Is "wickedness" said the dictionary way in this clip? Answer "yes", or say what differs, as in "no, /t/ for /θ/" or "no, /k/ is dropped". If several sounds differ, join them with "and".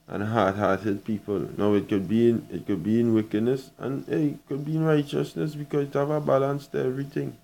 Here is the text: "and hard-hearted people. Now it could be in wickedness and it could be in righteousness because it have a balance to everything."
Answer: yes